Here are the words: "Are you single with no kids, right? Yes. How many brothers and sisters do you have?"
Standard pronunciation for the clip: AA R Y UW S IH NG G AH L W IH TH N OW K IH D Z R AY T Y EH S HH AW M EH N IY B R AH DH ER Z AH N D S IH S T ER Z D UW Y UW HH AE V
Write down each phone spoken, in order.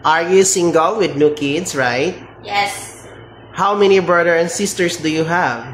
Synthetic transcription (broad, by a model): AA R Y UW S IH NG G AH L W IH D N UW K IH D S R AY T Y EH S HH AW M EH N IY B R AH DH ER AH N D S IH S T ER S D UW Y UW HH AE V